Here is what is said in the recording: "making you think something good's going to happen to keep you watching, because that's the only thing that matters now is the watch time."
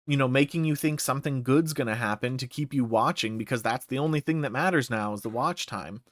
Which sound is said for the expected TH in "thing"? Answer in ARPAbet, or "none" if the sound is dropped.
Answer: TH